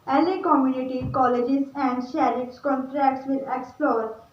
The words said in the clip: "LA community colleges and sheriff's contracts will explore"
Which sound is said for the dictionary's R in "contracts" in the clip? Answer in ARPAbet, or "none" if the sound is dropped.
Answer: R